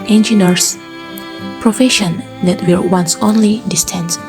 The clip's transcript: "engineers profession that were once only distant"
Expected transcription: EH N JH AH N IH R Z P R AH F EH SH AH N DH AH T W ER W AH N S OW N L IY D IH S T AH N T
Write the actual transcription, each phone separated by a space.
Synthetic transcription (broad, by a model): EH N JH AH N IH R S P R AH F EH SH AH N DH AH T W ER W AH N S OW N L IY D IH S T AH N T